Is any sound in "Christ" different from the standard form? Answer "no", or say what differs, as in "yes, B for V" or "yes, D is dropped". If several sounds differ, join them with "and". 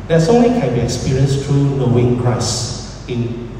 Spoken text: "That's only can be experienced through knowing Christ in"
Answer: yes, T is dropped